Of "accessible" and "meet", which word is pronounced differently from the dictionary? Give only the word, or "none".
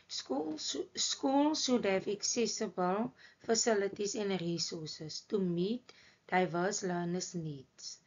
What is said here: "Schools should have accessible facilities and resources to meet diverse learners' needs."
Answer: none